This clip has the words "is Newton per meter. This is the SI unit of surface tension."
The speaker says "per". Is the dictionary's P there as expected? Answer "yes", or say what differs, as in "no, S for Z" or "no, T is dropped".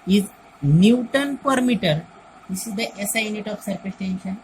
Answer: yes